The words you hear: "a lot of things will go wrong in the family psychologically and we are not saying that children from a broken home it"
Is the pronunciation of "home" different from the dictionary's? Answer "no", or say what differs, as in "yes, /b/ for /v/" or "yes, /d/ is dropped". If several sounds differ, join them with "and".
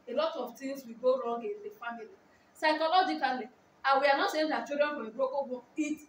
yes, /m/ is dropped